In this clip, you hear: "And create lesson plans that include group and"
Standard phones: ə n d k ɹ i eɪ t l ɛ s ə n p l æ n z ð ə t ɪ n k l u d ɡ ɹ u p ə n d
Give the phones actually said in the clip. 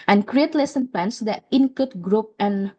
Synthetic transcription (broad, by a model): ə n k ɹ i eɪ t l ɛ s ə n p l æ n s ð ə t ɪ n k u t ɡ ɹ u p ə n